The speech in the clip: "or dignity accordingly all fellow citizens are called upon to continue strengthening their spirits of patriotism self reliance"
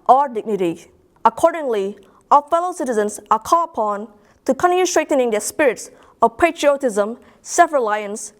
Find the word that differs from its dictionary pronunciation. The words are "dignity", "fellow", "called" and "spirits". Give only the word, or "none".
called